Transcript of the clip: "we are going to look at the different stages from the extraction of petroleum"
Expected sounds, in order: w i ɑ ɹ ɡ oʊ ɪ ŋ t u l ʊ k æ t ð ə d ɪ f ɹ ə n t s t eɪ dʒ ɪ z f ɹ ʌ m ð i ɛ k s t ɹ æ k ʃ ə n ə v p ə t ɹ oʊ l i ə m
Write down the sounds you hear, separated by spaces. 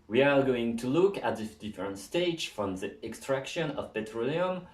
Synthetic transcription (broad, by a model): w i ɑ ɹ ɡ oʊ ɪ ŋ t u l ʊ k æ t ð ə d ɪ f ɹ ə n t s t eɪ ɪ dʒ f ɹ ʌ m ð i ɛ k s t ɹ æ k ʃ ə n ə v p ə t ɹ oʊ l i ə m